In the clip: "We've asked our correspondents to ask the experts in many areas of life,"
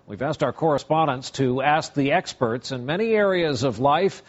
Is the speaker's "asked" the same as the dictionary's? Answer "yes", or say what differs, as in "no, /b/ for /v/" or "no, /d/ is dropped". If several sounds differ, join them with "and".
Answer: yes